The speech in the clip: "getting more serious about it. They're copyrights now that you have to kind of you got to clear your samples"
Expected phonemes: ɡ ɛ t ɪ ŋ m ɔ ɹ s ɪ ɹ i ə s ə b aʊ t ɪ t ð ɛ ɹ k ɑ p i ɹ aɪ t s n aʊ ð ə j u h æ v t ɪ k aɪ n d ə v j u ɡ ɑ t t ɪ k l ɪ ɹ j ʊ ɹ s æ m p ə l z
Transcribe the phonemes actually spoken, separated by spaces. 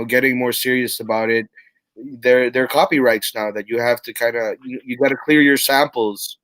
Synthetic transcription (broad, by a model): ɡ ɛ t ɪ ŋ m ɔ ɹ s ɪ ɹ i ə s ə b aʊ t ɪ t ð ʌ ɹ k ɑ p i ɹ aɪ t s n aʊ ð ə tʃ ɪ h æ f t ɪ k aɪ n d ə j j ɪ ɡ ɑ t t ɪ k l ɪ ɹ j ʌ ɹ s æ m p l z